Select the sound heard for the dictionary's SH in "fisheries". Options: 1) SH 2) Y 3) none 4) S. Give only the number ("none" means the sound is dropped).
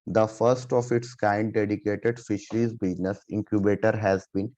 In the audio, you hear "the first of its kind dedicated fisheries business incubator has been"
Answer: 1